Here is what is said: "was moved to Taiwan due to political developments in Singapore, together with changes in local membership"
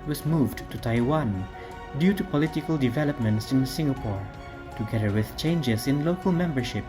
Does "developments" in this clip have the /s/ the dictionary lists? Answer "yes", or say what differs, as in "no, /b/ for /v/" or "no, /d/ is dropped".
yes